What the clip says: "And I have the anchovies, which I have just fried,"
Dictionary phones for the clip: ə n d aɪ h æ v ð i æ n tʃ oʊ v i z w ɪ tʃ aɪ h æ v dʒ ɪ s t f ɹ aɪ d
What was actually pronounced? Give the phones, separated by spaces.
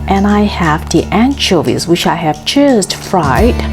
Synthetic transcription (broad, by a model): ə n aɪ h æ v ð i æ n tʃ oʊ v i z w ɪ tʃ aɪ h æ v tʃ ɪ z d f ɹ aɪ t